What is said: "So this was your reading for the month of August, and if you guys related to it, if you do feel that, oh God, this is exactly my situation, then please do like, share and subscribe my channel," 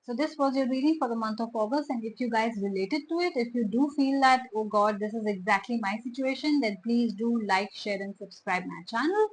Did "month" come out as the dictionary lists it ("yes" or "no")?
no